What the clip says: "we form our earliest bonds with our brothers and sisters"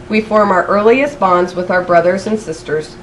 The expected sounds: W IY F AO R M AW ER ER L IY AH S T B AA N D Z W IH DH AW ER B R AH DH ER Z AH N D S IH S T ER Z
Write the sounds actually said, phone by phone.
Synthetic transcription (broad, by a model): W IY F AO R M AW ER ER L IY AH S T B AA N D Z W IH DH AW ER B R AH DH ER Z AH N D S IH S T ER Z